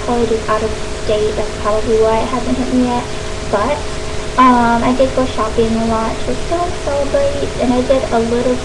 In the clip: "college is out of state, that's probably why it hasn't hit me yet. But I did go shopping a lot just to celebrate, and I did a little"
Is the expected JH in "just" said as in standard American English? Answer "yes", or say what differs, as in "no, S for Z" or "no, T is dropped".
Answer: no, CH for JH